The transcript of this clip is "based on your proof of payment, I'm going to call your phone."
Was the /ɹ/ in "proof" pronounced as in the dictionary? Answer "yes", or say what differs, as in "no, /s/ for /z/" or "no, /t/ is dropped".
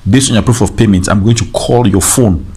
yes